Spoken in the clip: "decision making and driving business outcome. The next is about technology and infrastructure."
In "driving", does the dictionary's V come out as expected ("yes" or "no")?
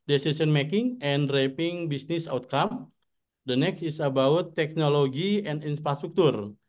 no